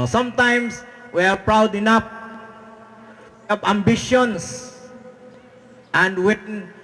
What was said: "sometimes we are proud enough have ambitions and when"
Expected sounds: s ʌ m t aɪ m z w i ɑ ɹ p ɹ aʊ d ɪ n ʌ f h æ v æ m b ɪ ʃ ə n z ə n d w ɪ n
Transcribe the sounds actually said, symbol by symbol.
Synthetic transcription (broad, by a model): s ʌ m t aɪ m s w i ɑ ɹ p ɹ aʊ d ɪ n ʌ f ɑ p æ m b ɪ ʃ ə n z ə n d w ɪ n